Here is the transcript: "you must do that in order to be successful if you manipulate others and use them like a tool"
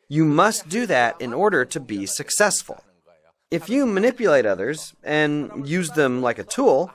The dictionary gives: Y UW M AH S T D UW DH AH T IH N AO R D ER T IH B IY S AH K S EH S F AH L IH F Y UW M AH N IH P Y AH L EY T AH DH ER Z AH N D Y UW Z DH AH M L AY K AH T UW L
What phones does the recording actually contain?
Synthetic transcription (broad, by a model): Y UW M AH S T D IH DH AH T IH N AO R D ER T IH B IY S AH K S EH S F AH L IH F Y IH M AH N IH P Y AH L EY T AH DH ER Z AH N Y UW Z DH AH M L AY K AH T UW L